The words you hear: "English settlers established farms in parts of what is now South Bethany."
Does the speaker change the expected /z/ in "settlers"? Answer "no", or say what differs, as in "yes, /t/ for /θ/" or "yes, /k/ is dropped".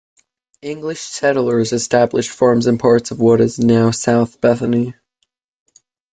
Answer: no